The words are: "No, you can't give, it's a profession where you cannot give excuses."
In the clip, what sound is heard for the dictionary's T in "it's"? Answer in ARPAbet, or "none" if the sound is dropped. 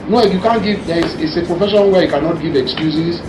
S